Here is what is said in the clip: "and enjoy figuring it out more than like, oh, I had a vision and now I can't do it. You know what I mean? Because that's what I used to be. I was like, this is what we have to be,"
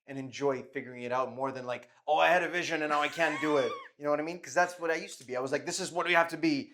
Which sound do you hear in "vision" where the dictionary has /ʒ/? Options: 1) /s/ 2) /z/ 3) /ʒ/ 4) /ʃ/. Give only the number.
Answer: 3